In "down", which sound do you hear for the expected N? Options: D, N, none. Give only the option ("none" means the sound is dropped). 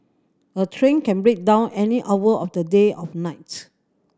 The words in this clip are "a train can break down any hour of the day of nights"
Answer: N